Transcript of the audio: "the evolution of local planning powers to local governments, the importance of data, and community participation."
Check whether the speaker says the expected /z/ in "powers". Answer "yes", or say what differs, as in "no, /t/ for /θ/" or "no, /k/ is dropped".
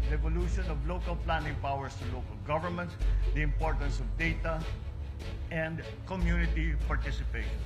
no, /s/ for /z/